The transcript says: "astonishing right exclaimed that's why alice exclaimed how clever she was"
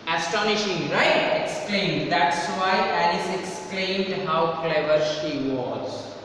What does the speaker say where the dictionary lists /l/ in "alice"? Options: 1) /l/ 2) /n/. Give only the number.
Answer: 2